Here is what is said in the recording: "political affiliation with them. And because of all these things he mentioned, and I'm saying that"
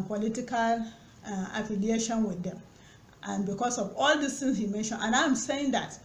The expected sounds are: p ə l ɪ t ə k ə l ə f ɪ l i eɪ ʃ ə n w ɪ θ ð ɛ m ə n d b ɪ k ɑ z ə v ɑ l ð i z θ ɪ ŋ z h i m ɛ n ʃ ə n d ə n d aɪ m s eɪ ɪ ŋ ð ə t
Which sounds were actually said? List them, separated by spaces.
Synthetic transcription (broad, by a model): p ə l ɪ t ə k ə l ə f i l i eɪ ʃ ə n w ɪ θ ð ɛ m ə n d b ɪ k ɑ s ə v ɑ l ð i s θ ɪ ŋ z h i m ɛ n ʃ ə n ə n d aɪ m s eɪ ɪ ŋ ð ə t